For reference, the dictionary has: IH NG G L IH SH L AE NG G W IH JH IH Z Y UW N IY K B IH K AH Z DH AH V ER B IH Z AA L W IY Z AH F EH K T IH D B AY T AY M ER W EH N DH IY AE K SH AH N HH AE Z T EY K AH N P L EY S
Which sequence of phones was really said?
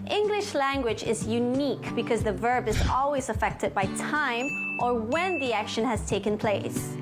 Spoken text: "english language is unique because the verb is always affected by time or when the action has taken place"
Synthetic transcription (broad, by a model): IH NG G L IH SH L AE NG G W IH JH IH Z Y UW N IY K B IH K AH Z DH AH V ER B IH Z AA L W IY Z AH F EH K T IH D B AY T AY M ER W EH N DH IY AE K SH AH N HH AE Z T EY K AH N P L EY S